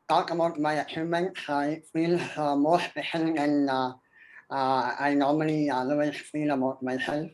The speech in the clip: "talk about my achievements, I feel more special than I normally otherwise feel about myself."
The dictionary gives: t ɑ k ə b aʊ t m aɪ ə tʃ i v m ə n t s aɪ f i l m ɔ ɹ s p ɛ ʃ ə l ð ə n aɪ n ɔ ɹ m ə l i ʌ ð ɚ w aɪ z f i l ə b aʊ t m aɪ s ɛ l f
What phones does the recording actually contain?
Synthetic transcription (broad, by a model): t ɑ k ə b aʊ t m aɪ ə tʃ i m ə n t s aɪ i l m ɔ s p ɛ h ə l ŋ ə n aɪ n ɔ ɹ m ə l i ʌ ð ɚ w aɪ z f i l ə b aʊ t m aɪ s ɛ l f